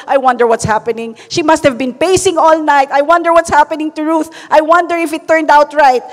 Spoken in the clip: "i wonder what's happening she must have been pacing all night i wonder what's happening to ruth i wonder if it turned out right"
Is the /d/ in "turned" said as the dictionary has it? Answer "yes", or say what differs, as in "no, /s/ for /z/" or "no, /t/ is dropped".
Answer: yes